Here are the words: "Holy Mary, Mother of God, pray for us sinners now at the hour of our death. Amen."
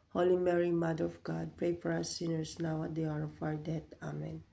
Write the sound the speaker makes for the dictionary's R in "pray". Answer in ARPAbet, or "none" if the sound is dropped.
R